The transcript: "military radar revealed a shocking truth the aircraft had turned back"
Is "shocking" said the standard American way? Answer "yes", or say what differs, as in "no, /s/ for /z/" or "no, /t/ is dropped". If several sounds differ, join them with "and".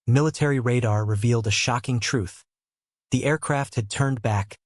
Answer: yes